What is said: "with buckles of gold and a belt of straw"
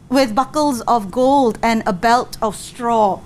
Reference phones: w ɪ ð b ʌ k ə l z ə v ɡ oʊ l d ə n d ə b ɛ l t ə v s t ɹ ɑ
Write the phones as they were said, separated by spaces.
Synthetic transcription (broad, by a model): w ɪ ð b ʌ k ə l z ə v ɡ oʊ l d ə n ə b ɛ l t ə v s t ɹ ɑ